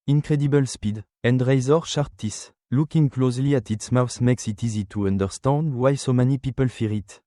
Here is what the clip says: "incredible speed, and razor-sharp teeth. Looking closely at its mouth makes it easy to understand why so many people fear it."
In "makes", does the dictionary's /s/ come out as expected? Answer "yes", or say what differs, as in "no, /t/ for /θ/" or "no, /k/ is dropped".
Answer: yes